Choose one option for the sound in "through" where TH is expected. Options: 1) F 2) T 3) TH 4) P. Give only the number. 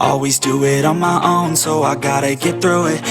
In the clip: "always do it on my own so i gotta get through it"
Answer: 3